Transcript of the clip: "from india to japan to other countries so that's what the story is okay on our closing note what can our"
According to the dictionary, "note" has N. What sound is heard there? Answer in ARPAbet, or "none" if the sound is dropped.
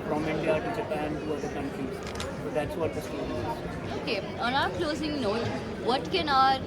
N